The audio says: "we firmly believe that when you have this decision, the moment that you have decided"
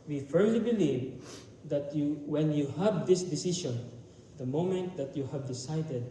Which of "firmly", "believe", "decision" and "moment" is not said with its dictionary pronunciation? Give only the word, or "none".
decision